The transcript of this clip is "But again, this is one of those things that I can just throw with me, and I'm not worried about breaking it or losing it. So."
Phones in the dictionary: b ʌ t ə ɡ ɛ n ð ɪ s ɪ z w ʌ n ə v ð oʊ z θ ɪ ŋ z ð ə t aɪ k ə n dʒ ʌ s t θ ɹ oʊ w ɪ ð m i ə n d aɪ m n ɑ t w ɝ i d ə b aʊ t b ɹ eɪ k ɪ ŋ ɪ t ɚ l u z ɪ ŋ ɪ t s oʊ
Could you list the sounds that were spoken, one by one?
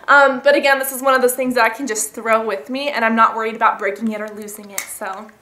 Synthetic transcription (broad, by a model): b ʌ t ə ɡ ɛ n ð ɪ s ɪ z w ʌ n ə v ð oʊ z θ ɪ ŋ z ð ə t aɪ k ə n dʒ ʌ s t θ ɹ oʊ w ɪ ð m i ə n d aɪ m n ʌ t w ɝ i d ə b aʊ t b ɹ eɪ k ɪ ŋ ɪ t ɚ l u z ɪ ŋ ɪ t s oʊ